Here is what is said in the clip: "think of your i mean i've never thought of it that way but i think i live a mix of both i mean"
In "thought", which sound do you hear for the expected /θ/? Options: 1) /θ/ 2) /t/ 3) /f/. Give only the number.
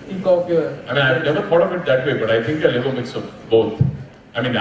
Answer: 3